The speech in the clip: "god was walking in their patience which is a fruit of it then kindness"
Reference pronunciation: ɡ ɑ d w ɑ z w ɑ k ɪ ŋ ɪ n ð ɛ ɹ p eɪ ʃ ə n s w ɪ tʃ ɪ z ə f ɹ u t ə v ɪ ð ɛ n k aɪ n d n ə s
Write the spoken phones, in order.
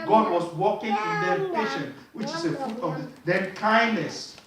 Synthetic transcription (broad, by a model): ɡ ɑ d w ɑ s w ɑ k ɪ ŋ ɪ n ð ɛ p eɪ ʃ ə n w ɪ tʃ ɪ s ə f ɹ u t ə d ɪ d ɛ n k aɪ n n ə s